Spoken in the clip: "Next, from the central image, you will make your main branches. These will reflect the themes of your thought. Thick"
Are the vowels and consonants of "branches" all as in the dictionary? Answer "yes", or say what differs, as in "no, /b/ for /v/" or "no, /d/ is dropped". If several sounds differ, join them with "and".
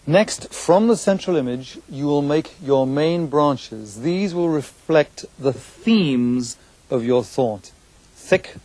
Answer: yes